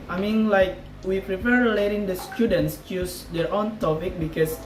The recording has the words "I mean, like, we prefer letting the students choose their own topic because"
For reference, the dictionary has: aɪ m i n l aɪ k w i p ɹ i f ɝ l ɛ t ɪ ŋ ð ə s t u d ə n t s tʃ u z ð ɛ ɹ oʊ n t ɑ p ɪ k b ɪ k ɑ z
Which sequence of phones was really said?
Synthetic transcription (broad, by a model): aɪ m i n l aɪ k w i p ɹ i p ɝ l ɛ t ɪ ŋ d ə s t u d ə n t s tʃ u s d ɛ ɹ oʊ n t ɑ p ɪ k b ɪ k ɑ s